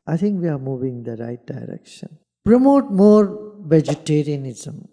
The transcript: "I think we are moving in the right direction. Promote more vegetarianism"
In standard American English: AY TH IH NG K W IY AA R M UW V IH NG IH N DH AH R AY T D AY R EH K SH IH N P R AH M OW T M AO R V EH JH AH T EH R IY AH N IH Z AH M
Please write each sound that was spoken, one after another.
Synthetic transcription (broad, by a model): AY T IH NG K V IY AA R M UW V IH NG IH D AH R AY T D AY R EH K SH IH N P R AH M OW T M AO R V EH JH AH T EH R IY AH N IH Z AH M